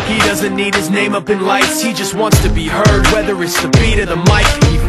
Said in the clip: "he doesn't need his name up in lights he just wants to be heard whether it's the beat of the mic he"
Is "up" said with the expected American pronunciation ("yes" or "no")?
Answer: yes